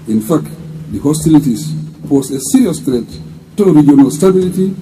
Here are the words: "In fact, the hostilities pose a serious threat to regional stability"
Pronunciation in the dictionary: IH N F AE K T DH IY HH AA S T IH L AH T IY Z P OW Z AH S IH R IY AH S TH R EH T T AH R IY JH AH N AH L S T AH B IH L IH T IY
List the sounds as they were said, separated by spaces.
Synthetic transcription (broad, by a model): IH N F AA K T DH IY HH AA S T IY L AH T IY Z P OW S AH S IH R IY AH S T R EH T T AH R IY JH AH N AH L S T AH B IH L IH T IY